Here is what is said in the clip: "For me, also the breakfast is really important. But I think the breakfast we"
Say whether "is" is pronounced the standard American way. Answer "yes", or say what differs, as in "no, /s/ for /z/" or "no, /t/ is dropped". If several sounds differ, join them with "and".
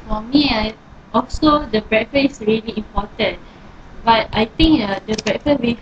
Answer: no, /s/ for /z/